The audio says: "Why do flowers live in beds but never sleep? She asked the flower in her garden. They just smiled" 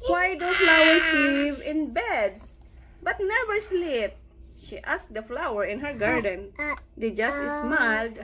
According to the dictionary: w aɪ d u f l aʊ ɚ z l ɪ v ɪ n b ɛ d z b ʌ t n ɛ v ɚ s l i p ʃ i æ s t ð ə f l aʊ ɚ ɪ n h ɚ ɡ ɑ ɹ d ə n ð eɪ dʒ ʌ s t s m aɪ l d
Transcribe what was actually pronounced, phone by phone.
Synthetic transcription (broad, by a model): w aɪ d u f l aʊ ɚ s l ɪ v ɪ n b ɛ d s b ʌ t n ɛ v ɚ s l i p ʃ i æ s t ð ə f l aʊ ɚ ɪ n h ɚ ɡ ɑ ɹ d ə n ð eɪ dʒ ʌ s t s m aɪ l d